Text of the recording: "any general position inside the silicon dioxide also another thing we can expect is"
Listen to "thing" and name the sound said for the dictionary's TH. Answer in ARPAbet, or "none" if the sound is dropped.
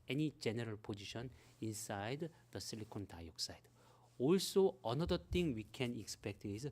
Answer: T